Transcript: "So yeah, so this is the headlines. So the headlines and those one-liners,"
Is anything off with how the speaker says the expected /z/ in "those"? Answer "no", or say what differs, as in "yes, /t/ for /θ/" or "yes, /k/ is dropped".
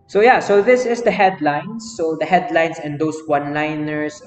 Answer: yes, /s/ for /z/